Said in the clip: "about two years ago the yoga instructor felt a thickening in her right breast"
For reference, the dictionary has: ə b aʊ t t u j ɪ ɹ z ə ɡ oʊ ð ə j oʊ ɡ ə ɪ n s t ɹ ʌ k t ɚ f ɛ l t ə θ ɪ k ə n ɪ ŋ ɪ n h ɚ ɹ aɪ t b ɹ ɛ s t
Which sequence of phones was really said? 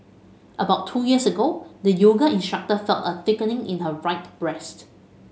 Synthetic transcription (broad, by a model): ə b aʊ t t u j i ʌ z ə ɡ oʊ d ə j oʊ ɡ ə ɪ n s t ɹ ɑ k t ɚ f ɛ l t ə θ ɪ k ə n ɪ ŋ ɪ n h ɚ ɹ aɪ t b ɹ ɛ s t